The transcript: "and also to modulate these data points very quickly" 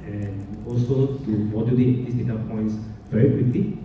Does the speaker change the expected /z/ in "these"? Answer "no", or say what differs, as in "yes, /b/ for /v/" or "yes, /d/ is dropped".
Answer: yes, /s/ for /z/